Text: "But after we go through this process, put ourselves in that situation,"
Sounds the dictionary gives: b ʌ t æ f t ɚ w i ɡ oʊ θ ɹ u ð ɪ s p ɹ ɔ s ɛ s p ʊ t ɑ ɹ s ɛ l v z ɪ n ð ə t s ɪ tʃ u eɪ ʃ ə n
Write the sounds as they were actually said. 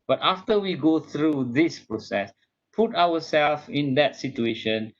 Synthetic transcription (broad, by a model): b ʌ t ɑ f t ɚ w i ɡ oʊ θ ɹ u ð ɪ s p ɹ ɔ s ɛ s p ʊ t ɑ w s ɛ l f ɪ n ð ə t s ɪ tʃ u eɪ ʃ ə n